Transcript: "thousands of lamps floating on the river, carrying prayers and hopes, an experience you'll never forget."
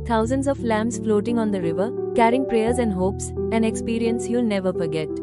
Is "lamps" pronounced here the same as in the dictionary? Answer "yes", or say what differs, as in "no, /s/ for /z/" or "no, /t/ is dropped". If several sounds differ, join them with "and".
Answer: no, /p/ is dropped